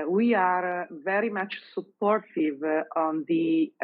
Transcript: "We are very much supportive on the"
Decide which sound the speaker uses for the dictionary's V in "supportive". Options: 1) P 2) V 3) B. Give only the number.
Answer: 2